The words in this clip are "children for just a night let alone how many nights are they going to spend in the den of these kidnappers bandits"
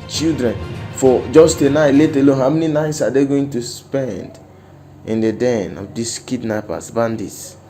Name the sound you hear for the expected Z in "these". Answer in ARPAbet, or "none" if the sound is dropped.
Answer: S